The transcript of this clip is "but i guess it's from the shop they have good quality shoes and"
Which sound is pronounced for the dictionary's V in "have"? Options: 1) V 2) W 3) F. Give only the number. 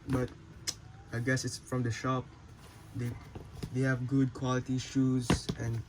1